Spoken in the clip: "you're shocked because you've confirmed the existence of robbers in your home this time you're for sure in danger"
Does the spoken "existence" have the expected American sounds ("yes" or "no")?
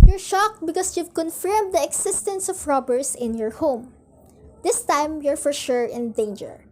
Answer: no